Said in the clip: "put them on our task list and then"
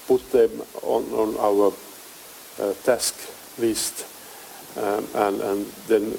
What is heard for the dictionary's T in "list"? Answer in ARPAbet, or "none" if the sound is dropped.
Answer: T